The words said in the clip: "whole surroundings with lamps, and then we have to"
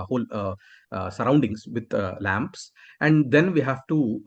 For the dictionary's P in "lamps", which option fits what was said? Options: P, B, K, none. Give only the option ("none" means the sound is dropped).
P